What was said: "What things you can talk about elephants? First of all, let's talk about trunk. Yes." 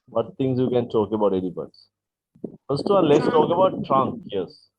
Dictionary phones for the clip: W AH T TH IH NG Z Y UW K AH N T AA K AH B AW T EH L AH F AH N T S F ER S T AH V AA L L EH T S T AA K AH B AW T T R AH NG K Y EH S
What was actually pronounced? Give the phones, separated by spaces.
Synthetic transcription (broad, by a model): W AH T T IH NG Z Y UW K AH N T AA K AH B AW T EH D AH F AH T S F ER S T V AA N L EH T S T AA K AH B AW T T R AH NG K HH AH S